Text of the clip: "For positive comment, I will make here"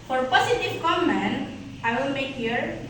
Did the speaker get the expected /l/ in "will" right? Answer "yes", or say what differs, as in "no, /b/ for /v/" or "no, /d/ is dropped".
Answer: no, /n/ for /l/